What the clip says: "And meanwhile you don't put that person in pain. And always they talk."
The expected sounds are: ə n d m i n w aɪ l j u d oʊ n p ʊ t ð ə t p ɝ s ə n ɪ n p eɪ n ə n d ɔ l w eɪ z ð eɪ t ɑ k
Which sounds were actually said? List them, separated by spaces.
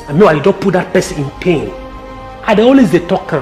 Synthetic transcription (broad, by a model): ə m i w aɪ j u d oʊ n p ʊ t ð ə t p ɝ s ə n ɪ n p eɪ n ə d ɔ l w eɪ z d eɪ t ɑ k